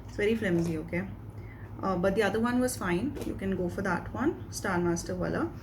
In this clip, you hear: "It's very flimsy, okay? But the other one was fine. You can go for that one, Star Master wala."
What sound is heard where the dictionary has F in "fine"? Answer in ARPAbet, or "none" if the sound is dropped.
F